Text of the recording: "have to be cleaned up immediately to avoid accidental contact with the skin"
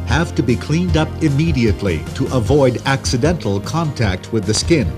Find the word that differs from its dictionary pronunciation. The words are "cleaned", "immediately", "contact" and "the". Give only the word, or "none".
none